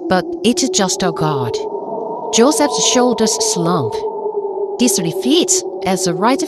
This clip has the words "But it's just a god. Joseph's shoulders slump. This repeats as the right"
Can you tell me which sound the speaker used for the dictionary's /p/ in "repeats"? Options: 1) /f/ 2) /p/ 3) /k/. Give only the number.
1